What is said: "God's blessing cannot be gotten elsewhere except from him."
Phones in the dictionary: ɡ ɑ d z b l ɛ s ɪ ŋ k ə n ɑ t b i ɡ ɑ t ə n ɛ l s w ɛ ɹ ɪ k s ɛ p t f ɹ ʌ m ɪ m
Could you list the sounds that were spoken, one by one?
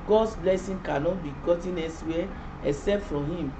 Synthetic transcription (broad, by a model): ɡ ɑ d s b l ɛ s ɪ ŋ k ə n ɑ t b i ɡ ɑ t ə n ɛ s w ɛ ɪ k s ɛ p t f ɹ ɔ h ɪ m